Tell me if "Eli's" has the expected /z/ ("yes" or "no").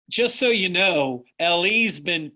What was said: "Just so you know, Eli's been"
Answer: yes